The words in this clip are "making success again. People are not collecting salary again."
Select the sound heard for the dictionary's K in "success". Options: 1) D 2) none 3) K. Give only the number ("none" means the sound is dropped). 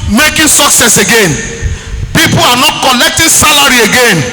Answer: 3